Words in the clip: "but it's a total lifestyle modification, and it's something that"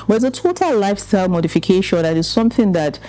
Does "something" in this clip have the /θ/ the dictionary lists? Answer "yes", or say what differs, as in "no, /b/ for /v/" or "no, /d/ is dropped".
yes